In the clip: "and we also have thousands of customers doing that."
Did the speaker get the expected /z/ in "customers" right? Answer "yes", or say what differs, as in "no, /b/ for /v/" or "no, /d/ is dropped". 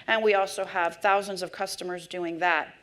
yes